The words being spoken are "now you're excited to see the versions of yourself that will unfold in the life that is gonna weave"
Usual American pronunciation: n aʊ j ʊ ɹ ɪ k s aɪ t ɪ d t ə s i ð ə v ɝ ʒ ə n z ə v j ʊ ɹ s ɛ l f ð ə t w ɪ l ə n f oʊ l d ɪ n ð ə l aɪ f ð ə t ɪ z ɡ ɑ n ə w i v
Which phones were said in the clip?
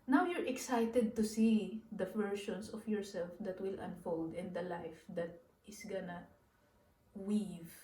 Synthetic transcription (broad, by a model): n aʊ j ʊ ɹ ɪ k s aɪ t ɪ d t ə s i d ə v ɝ ʃ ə n s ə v j ʊ ɹ s ɛ l f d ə t w ɪ l ə n f oʊ l d ɪ n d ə l aɪ f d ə t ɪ s ɡ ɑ n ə w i v